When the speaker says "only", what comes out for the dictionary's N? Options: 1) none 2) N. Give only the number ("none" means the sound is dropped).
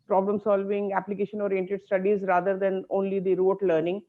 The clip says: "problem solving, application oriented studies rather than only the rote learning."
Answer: 2